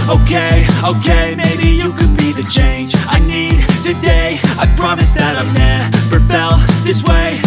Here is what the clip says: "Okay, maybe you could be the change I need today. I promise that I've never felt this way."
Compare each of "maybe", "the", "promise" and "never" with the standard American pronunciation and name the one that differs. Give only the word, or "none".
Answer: never